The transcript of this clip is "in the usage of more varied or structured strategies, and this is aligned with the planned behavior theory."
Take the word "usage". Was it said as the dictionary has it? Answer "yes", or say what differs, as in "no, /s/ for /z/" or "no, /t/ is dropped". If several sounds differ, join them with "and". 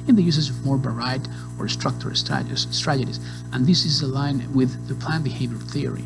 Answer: no, /z/ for /dʒ/